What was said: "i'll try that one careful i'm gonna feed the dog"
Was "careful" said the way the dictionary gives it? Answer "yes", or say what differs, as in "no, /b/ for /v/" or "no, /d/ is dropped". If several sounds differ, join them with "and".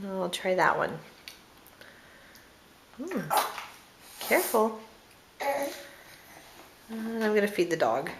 no, /n/ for /l/